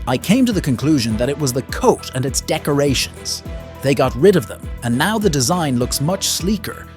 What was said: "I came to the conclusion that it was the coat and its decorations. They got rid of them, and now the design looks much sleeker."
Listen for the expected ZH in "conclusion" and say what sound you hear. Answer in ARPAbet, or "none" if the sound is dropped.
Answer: ZH